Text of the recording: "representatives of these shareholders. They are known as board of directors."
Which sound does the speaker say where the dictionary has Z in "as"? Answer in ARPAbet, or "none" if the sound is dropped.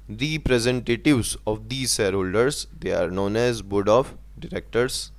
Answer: Z